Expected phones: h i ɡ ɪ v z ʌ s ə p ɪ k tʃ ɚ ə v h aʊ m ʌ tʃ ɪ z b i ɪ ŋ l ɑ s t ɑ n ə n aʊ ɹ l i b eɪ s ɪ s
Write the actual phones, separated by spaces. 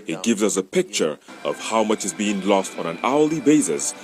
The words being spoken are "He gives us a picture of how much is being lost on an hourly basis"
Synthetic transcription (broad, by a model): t ɡ ɪ v z ʌ s ə p ɪ k tʃ ɚ ə v h aʊ m ʌ tʃ ɪ z b i ɪ ŋ l ɑ s t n ə n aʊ l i b eɪ s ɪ s